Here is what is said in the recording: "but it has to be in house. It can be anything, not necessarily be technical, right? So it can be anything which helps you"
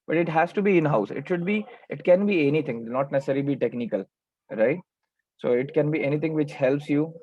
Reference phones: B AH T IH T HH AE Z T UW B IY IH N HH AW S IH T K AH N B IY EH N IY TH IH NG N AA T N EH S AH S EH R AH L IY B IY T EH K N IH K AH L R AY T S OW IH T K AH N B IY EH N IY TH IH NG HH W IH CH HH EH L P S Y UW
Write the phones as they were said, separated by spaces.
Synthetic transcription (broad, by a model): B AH T IH T HH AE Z T UW B IY IH N HH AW S IH T K AH N B IY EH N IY T IH NG N AA T N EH S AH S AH R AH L IY B IY T EH K N IH K AH L R AY T S OW IH T K AH N B IY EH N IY T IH NG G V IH CH HH EH L P S Y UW